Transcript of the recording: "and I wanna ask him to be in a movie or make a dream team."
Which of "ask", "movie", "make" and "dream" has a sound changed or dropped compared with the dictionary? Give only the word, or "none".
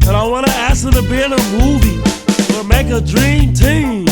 ask